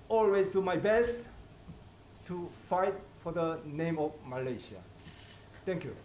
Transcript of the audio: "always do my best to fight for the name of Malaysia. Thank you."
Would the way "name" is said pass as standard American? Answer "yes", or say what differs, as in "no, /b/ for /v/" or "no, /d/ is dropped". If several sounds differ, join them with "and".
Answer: yes